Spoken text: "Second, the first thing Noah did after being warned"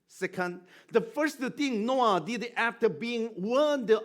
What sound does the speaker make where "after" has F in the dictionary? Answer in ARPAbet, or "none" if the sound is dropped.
F